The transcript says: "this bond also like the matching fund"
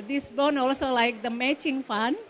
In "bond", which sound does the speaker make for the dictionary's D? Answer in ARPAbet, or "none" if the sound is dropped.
none